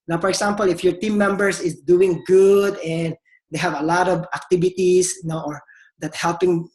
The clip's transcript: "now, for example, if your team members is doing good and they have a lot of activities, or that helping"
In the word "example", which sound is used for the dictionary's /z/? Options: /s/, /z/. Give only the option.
/s/